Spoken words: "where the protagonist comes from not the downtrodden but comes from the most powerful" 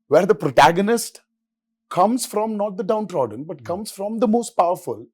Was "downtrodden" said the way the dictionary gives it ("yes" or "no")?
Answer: yes